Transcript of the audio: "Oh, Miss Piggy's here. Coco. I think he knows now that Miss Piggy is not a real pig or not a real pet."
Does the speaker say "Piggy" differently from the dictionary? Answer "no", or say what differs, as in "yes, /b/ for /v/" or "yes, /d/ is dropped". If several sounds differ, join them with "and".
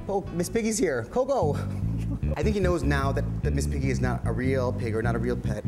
no